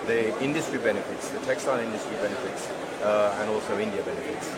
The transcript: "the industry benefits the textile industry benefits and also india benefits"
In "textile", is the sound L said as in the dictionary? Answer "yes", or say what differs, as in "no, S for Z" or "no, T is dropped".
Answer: no, N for L